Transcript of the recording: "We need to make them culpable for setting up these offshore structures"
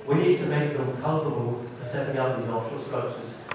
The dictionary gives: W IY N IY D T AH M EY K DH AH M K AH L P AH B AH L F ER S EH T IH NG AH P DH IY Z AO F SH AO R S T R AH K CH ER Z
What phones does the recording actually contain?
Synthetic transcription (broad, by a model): W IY N IY D T AH M EY K DH AH M K AH L P AH B AH L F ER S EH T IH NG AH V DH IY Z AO F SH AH L S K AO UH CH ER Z